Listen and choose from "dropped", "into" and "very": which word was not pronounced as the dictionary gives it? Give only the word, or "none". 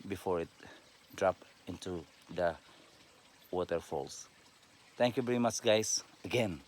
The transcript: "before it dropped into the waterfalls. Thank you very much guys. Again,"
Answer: dropped